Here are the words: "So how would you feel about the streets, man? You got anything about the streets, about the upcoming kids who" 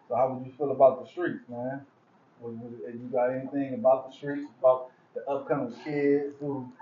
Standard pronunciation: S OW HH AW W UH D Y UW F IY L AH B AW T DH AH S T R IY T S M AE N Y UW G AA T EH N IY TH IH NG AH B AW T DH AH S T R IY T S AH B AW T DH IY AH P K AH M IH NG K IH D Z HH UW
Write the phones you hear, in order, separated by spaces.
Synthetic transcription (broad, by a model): S OW HH AW W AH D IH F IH L AH B AW T DH AH S T R IY T S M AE N Y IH G AA T EH N IY TH IH NG AH B AW T DH AH S T R IY T S AH B AW T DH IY AH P K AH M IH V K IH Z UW